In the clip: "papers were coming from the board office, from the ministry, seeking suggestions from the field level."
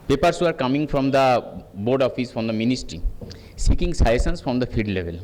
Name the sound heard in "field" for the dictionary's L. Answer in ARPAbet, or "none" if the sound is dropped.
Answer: none